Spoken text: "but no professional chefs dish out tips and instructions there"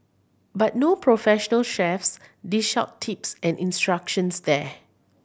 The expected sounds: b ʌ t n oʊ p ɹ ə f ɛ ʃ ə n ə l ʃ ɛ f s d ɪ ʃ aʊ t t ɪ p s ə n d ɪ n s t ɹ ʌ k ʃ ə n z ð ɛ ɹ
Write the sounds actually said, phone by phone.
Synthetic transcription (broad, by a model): b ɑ t n oʊ p ɹ ə f ɛ ʃ ə n ə l ʃ ɛ f s d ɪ ʃ aʊ t t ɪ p s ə n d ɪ n s t ɹ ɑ k ʃ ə n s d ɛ